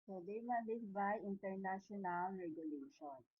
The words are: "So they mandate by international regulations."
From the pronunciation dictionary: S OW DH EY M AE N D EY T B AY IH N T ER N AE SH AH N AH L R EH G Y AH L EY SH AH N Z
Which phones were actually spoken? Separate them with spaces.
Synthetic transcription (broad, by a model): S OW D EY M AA D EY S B AY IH N T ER N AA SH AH N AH L R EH G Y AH L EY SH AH N